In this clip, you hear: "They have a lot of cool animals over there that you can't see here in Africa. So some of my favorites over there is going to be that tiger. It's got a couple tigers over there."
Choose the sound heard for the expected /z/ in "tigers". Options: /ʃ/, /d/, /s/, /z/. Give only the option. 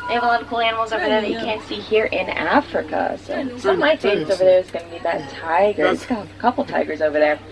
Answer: /z/